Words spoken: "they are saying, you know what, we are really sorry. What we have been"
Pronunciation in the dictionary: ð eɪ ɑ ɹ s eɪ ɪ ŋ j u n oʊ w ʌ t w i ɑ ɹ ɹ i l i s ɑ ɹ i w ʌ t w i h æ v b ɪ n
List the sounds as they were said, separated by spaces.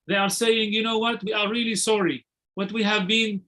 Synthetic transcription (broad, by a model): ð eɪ ɑ ɹ s eɪ ɪ ŋ j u n oʊ w ʌ t w i ɑ ɹ ɹ i l i s ɑ ɹ i w ʌ t w i h æ v b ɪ n